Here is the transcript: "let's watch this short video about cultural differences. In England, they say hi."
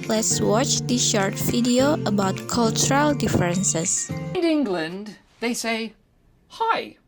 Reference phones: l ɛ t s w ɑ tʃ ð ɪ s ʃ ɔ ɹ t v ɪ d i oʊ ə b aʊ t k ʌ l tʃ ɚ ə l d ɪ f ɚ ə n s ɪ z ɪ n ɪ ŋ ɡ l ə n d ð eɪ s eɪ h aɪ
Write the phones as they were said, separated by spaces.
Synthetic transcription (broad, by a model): l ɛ t s w ɑ tʃ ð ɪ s ʃ ɔ ɹ t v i d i oʊ ə b aʊ t k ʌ l tʃ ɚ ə l d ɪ f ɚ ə n s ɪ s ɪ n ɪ ŋ ɡ l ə n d ð eɪ s eɪ h aɪ